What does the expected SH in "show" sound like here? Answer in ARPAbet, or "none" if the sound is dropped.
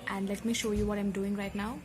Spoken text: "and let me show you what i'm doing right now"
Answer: SH